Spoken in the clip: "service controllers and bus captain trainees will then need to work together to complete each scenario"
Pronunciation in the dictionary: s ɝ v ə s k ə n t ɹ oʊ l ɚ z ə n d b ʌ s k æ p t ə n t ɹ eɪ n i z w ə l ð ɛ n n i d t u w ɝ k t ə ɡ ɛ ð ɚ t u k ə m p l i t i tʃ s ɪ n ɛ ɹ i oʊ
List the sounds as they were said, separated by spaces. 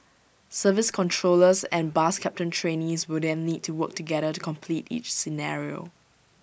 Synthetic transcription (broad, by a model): s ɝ v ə s k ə n t ɹ oʊ l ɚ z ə n b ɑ s k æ p t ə n t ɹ eɪ n i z w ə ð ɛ n l i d t u w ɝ k t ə ɡ ɛ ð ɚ t u k ə m p l i t i tʃ s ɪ n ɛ ɹ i oʊ